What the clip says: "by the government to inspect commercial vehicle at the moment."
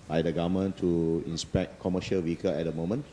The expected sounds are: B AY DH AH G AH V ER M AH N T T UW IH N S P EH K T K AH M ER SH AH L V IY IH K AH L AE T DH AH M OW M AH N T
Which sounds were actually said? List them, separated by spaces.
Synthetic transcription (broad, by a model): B AY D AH G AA M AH N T T UW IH N S P EH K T K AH M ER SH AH L W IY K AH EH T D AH M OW M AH N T